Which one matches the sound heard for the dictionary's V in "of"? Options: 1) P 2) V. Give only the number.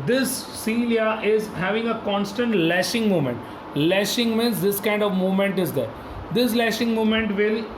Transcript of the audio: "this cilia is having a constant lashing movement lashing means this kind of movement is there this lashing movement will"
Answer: 2